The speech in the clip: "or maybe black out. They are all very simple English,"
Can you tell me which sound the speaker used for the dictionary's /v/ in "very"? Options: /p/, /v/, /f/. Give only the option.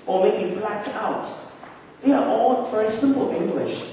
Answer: /f/